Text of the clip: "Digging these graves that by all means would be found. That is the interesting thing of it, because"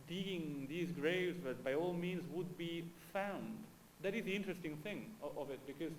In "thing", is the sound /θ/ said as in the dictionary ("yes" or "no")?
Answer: yes